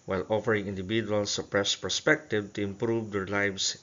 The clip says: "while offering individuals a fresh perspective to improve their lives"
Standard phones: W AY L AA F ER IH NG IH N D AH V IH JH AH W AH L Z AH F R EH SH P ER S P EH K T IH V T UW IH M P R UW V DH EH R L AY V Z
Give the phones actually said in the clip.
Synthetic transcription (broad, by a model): W AY L AA F ER IH NG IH N D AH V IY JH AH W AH L S AH P R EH S P ER S P EH K T IH V T UW IH M P R UW V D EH R L AY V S